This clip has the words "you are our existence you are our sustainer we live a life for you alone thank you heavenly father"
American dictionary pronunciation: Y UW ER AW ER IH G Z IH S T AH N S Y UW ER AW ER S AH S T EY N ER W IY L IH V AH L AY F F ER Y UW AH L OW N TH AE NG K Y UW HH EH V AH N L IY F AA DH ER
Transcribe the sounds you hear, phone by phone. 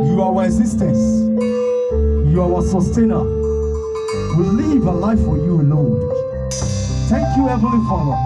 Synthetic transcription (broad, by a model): Y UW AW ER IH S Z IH S T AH N S Y UW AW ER S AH S T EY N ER W IY L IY V AH L AY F F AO Y UW AH L OW N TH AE NG K Y UW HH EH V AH L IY F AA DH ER